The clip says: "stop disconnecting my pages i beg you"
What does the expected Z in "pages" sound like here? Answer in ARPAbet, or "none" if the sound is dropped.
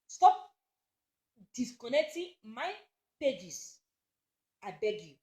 S